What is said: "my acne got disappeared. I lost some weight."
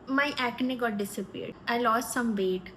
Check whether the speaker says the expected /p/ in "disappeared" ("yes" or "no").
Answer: yes